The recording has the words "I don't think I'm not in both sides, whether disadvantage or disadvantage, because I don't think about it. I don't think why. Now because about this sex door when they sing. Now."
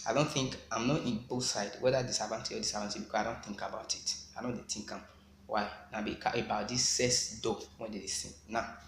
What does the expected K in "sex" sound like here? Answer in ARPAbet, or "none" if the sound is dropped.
none